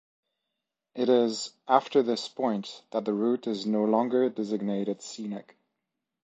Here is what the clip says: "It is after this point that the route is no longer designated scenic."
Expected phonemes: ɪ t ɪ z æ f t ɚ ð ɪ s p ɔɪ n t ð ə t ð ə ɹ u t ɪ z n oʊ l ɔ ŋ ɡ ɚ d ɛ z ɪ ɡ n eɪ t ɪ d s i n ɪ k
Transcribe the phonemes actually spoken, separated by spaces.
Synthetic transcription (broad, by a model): ɪ t ɪ z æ f t ɚ ð ɪ s p ɔɪ n t ð ə t ð ə ɹ u t ɪ z n oʊ l ɔ ŋ ɡ ɚ d ɛ z ɪ ɡ n eɪ t ɪ d s i n ɪ k